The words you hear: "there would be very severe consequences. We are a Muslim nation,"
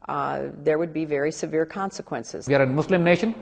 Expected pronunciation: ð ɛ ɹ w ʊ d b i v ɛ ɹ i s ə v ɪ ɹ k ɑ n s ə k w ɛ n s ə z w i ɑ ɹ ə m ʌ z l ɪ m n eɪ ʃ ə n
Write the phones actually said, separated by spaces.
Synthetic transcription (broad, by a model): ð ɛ ɹ w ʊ d b i v ɛ ɹ i s ə v ɪ ɹ k ɑ n s ə k w ɛ n s ə z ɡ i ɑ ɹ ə m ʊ s l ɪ m n eɪ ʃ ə n